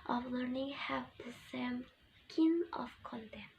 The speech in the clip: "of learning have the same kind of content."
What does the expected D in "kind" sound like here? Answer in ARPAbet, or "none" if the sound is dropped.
none